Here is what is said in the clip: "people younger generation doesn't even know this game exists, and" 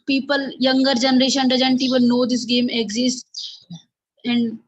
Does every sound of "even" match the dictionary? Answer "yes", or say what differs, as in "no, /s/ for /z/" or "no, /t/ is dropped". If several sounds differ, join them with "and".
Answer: no, /l/ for /n/